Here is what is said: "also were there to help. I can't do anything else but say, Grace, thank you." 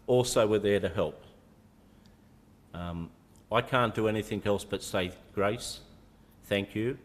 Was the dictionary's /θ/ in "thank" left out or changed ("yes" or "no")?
no